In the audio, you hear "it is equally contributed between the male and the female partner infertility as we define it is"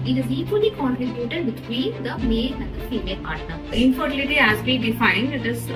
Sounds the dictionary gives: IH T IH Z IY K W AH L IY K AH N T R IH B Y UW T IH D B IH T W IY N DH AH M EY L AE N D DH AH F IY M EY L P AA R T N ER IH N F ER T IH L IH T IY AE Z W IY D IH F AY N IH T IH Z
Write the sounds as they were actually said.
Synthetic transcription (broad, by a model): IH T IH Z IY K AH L IY K AH N T R IH B Y UW T IH D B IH T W IY N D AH M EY N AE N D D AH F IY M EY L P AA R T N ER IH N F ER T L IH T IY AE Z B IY D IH F AY N IH T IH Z